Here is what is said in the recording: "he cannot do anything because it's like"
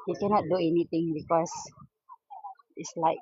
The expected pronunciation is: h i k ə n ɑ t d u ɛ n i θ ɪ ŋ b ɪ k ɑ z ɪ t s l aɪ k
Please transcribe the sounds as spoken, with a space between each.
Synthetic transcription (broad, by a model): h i k ə n ɑ t d u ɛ n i t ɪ ŋ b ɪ k ɑ s ɪ t s l aɪ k